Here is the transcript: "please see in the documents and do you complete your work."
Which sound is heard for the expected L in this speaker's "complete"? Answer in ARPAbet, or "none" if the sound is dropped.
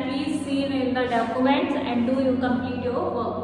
none